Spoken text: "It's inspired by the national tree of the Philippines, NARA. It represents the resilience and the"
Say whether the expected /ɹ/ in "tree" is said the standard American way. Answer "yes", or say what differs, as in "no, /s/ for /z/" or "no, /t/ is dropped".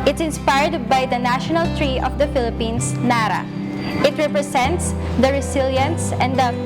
yes